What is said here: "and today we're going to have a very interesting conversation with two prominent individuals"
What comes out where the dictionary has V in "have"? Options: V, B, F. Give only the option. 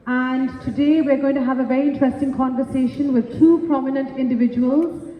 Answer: V